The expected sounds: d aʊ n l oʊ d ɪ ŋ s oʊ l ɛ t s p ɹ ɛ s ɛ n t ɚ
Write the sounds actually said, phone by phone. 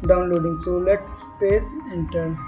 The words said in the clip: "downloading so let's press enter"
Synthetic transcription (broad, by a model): d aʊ n l oʊ d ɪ ŋ s oʊ l ɛ t s p ɛ s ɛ n t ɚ